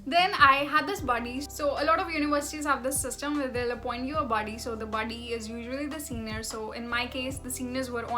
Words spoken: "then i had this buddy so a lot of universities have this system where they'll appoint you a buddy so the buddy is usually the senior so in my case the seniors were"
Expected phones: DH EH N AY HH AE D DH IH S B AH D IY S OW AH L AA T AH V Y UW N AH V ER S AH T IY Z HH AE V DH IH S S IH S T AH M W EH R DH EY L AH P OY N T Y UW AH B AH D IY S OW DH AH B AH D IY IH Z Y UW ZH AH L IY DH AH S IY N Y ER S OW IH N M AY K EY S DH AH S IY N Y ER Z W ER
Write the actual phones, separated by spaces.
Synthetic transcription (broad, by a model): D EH N AY HH AE D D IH S B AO D IY S OW AH L AA T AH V Y UW N AH V ER S AH T IY Z HH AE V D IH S S IH S T AH M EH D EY L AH P OY N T Y UW AH B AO D IY S OW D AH B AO D IY IH Z Y UW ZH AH L IY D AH S IY N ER S OW IH N M AY K EY S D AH S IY N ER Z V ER